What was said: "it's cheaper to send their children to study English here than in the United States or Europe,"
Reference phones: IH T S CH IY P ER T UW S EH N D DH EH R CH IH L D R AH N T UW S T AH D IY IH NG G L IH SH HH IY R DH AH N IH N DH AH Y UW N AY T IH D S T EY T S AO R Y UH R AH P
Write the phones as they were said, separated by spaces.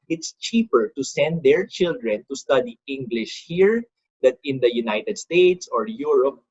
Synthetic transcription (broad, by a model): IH T S CH IY P ER T UW S EH N D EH R CH IH L D R AH N T UW S T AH D IY IH NG G L IH SH HH IY R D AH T IH N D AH Y UW N AY T IH D S T EY T S AO R Y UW R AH P